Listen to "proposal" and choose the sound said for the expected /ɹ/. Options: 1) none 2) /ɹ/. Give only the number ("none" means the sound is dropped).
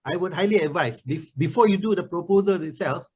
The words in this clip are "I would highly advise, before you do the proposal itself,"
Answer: 2